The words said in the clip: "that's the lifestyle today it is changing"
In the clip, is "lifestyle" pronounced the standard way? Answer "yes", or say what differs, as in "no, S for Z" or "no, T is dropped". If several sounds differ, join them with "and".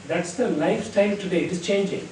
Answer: no, S is dropped